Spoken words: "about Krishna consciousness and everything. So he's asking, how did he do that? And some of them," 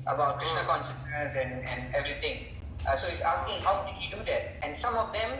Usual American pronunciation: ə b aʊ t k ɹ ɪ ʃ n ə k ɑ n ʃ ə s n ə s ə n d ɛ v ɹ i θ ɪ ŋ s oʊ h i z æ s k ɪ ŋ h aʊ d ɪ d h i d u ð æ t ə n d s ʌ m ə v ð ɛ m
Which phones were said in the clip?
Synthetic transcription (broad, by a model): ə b aʊ t k ɹ ɪ ʃ n ə k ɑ n ʃ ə s n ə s ə n d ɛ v ɹ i t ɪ ŋ s oʊ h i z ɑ s k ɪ ŋ h aʊ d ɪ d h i d u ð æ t ə n d s ʌ m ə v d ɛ m